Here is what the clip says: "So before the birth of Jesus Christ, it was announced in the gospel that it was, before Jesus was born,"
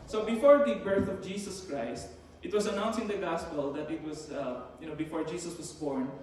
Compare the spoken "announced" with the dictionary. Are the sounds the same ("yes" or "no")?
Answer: no